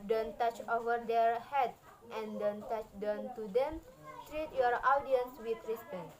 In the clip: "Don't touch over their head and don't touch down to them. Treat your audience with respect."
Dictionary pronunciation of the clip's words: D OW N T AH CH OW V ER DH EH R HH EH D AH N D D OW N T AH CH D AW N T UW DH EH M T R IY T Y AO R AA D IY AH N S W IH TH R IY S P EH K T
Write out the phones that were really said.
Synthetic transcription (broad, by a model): D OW N T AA CH OW V ER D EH R HH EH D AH N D D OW N T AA CH D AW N T UW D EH M T R IY T Y AO R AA D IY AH N S W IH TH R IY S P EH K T